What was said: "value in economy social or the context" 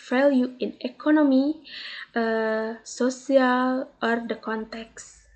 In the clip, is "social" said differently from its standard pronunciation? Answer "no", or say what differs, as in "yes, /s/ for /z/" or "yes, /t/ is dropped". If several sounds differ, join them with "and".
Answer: yes, /s/ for /ʃ/